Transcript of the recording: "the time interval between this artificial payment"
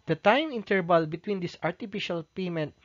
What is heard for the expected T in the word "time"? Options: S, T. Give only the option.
T